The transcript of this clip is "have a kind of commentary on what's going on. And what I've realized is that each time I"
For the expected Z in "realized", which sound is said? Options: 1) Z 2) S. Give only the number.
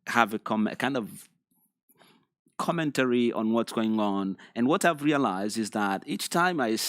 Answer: 1